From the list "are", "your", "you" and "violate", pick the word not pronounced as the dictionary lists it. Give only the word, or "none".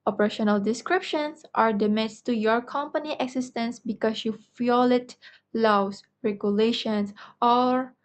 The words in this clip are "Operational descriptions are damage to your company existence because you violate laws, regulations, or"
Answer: violate